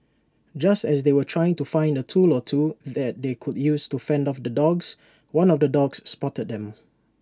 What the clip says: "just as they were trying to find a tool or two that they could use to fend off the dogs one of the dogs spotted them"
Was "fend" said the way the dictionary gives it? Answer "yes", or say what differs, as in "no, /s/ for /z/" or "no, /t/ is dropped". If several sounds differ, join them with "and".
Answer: yes